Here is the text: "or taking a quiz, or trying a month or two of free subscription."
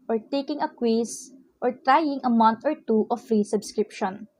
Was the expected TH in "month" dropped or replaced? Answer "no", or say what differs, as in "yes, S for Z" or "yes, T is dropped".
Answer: yes, T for TH